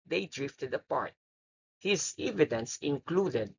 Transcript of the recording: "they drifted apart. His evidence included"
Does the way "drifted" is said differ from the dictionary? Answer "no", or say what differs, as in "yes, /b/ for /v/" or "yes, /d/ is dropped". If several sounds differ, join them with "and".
no